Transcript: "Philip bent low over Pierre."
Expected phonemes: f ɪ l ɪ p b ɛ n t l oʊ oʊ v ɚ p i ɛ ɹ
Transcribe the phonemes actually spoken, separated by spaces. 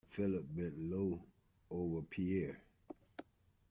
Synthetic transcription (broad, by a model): f ɪ l ɪ p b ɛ t l oʊ oʊ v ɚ p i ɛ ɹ